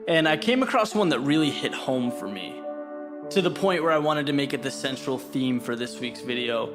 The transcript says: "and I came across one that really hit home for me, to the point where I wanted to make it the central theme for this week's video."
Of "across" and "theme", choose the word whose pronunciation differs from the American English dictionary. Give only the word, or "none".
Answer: none